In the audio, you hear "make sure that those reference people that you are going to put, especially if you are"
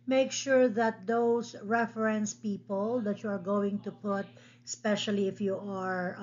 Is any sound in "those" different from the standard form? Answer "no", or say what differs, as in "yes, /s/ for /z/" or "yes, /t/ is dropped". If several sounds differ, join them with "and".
yes, /s/ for /z/